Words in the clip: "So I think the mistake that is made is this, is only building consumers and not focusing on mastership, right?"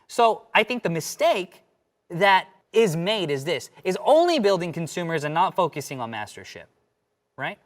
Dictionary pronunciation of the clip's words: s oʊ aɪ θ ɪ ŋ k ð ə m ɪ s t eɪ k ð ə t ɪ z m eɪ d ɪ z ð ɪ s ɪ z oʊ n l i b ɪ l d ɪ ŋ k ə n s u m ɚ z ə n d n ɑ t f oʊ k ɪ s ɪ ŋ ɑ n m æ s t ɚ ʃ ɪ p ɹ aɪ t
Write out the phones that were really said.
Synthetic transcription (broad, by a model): s oʊ aɪ θ ɪ ŋ k ð ə m ɪ s t eɪ k ð ə t ɪ z m eɪ d ɪ z ð ɪ s ɪ z oʊ n l i b ɪ l d ɪ ŋ k n s u m ɚ z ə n n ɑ t f oʊ k ɪ s ɪ ŋ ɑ n m æ s t ɚ ʃ ɪ p ɹ aɪ t